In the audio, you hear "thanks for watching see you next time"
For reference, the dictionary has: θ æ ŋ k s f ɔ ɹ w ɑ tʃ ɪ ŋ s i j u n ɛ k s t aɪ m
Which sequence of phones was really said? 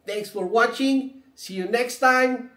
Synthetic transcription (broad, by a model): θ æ ŋ k s f ɔ ɹ w ɑ tʃ ɪ ŋ s i j u n ɛ k s t aɪ m